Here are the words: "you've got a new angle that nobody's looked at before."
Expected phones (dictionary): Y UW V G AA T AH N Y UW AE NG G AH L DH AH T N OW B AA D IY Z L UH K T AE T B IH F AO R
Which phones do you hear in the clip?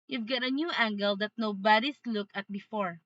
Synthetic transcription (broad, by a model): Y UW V G AA T AH N Y UW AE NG G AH L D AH T N OW B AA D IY S L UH K AH T B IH F AO R